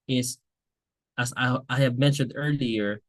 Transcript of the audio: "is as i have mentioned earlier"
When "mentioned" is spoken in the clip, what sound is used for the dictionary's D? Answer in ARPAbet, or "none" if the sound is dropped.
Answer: D